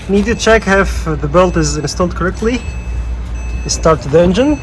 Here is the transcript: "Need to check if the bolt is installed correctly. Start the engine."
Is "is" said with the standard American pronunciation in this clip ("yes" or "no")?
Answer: yes